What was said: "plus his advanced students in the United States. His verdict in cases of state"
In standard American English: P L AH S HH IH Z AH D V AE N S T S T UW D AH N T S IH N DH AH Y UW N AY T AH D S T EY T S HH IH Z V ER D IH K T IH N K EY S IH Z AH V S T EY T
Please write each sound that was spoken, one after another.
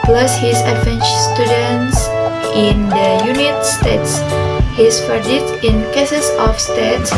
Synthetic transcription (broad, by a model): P L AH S HH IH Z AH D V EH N S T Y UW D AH N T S IH N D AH Y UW N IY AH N S T EY T S HH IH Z F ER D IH T IH N K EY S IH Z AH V S T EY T